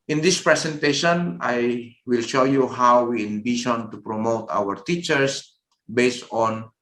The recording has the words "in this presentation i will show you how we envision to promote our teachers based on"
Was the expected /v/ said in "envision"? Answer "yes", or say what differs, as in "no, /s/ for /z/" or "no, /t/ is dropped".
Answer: no, /b/ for /v/